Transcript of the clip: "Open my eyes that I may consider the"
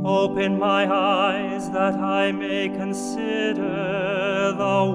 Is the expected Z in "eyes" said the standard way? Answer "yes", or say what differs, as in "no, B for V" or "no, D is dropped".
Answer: yes